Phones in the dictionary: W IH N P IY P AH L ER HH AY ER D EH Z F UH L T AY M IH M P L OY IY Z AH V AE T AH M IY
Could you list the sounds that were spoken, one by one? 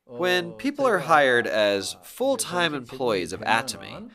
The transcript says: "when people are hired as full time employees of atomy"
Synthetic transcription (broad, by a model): W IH N P IY P L ER HH AY ER D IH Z F UH L T AY M IH M P L OY IY Z AH V AE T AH M IY